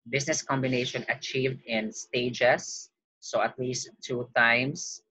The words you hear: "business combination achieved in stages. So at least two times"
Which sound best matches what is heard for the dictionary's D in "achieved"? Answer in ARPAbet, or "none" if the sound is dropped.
D